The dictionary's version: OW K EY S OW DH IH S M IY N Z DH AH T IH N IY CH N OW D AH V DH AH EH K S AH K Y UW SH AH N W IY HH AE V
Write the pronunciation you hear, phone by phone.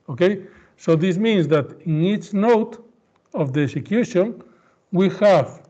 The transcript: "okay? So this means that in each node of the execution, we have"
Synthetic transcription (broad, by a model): OW K EY S OW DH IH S M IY N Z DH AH T IH N IY CH N OW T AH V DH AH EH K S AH K Y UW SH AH N W IY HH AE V